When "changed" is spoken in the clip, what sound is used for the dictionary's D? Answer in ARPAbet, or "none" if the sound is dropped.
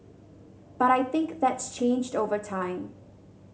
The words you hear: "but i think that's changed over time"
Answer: D